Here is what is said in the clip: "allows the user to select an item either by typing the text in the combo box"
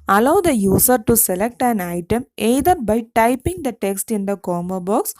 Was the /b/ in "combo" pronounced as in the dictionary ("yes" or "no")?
no